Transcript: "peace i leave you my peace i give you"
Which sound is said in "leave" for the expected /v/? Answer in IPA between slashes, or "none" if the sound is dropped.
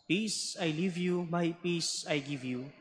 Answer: /v/